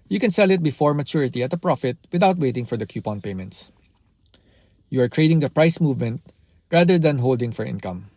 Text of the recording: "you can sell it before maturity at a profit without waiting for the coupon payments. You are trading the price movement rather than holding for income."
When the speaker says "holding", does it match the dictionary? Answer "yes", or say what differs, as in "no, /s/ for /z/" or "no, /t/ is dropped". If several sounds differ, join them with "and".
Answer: yes